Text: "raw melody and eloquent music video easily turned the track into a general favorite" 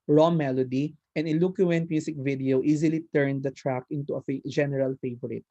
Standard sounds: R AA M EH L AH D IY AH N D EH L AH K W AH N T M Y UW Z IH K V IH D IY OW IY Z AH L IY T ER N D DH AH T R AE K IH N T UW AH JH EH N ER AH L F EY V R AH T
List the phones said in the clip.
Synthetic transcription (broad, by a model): R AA M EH L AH D IY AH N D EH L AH K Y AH N T M Y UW S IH K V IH D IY OW IY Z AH L IY T ER N D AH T R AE K IH N T UW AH JH EH N ER AH L F EY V R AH T